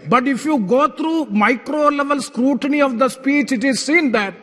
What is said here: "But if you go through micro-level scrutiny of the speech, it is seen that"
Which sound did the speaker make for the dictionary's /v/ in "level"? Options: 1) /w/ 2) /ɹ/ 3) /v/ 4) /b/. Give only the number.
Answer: 3